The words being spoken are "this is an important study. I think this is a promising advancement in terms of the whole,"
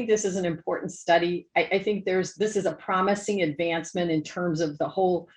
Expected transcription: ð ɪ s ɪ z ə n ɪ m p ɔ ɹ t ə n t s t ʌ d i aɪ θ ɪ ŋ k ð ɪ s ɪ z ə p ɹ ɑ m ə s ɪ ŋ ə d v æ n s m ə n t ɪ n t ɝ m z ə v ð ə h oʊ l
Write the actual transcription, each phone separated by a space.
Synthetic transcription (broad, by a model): ð ɪ s ɪ z n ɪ m p ɔ ɹ t n t s t ʌ d i aɪ θ ɪ ŋ k ð ɪ s ɪ z ə p ɹ ɑ m ə s ɪ ŋ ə d v æ n s m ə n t ɪ n t ɝ m z ə v ð ə h oʊ l